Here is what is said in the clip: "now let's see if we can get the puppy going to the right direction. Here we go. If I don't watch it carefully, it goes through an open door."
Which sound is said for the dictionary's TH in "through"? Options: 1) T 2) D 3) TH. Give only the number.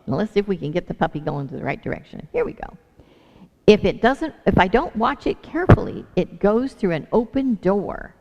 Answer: 3